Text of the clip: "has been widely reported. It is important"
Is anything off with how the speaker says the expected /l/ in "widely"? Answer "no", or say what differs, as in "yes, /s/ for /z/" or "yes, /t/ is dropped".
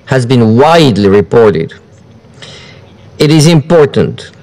no